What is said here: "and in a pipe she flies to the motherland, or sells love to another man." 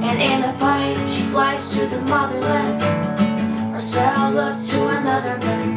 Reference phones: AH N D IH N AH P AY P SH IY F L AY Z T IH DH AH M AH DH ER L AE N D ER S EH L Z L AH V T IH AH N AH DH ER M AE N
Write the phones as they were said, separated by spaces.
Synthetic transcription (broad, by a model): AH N IH N AH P AY SH IY F L AY Z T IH DH AH M AH DH ER L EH ER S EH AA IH L AH V T IH AH N AH DH ER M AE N